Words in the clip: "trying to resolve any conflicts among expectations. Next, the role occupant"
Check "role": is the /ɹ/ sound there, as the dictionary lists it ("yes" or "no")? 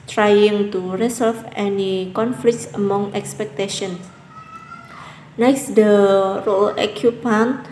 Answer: yes